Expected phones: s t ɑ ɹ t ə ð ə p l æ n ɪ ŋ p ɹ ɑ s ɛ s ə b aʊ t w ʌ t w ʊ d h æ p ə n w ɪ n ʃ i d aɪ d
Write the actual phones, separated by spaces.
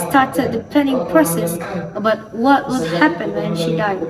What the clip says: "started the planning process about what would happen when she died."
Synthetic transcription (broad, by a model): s t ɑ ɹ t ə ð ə p ɛ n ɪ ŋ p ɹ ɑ s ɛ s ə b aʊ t w ʌ t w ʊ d h æ p ə n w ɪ n ʃ i d aɪ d